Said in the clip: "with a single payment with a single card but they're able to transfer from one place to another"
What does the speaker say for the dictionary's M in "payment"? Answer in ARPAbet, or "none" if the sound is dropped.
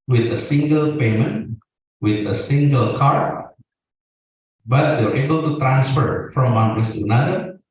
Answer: M